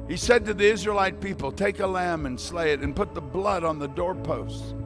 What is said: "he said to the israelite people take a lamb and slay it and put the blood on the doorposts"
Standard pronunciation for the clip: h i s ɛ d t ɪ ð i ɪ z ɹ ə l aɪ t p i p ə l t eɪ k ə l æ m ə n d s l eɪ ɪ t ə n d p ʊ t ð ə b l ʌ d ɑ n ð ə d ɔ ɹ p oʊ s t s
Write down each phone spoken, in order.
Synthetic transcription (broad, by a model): h i s ɛ d t ɪ ð i ɪ z ɹ ə l aɪ t p i p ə l t eɪ k ə l æ m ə n s l eɪ ɪ t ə n p ʊ t ð ə b l ʌ d n ð ə d ɔ ɹ p oʊ s t